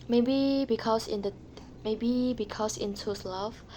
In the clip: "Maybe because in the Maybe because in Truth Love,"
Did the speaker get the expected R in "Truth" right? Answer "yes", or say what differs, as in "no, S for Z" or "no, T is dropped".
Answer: no, R is dropped